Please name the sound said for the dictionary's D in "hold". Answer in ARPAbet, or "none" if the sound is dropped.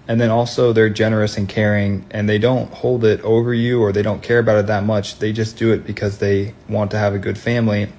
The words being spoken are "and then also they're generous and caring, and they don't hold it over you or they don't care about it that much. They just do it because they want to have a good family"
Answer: D